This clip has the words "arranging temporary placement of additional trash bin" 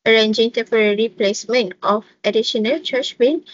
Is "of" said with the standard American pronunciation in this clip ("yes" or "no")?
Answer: no